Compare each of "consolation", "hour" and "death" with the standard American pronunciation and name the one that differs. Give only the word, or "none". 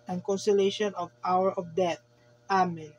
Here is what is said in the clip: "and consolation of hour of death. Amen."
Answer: death